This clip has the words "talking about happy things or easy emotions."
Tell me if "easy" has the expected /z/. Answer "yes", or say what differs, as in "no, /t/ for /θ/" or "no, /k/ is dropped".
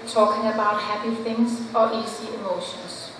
no, /s/ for /z/